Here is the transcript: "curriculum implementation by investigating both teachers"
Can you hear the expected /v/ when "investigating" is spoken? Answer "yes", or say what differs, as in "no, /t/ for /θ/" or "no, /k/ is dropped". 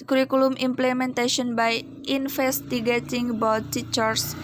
no, /f/ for /v/